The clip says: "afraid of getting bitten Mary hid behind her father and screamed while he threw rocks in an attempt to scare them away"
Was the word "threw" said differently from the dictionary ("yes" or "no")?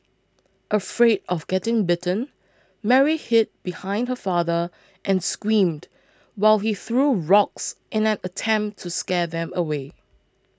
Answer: no